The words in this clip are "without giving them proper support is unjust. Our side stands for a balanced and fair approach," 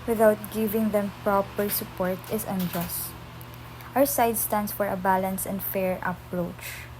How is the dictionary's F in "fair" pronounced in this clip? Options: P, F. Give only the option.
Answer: F